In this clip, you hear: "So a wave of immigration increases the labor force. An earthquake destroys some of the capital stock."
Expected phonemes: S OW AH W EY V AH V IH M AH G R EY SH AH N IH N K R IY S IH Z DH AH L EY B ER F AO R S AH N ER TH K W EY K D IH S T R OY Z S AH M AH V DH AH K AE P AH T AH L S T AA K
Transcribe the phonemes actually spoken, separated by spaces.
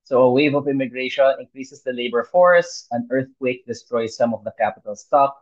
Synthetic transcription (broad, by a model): S OW AH W EY V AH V IH M AH G R EY SH AH N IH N K R IY S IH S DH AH L EY B ER F AO R S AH N ER TH K W EY K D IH S T R OY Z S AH M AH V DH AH K AE P AH T AH L S T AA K